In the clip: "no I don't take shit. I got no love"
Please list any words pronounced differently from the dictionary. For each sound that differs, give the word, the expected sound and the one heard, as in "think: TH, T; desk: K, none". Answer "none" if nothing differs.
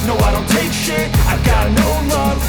shit: T, none